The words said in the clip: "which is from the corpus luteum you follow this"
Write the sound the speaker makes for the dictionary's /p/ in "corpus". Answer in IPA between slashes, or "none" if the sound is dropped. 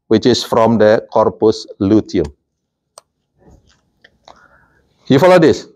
/p/